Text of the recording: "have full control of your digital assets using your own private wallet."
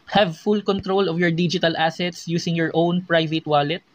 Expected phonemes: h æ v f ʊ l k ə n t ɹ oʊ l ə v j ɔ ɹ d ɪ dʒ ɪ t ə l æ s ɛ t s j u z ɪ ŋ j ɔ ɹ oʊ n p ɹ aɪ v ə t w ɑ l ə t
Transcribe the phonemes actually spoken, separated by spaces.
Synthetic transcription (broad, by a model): h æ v f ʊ l k ə n t ɹ oʊ l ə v j ɔ ɹ d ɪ dʒ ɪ t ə l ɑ s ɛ t s j u s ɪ ŋ j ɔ ɹ oʊ n p ɹ aɪ v ə t w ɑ l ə t